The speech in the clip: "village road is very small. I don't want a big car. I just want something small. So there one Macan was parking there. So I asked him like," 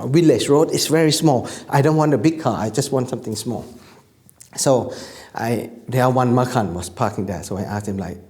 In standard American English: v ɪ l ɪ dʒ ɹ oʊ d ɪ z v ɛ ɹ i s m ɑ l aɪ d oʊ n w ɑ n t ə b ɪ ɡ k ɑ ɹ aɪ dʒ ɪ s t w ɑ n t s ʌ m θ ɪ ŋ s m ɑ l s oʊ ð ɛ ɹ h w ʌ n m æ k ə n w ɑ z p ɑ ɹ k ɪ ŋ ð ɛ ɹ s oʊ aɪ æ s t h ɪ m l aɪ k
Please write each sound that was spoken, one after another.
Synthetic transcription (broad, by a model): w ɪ l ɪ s ɹ oʊ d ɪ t v ɛ ɹ i s m ɑ l aɪ d oʊ n w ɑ n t ə b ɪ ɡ k ɑ aɪ dʒ ɪ s t w ɑ n t s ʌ m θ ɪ ŋ s m ɑ l s oʊ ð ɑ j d w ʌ n m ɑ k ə n w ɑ s p ɑ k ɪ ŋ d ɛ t s oʊ aɪ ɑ s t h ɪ m l aɪ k